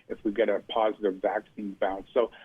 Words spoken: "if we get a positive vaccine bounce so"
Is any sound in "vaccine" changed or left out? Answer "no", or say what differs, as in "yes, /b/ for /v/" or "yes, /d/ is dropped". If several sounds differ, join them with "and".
no